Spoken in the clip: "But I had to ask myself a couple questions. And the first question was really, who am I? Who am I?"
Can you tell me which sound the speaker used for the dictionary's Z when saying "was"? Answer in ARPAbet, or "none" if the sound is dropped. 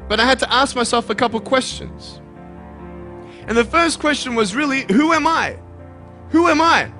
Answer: Z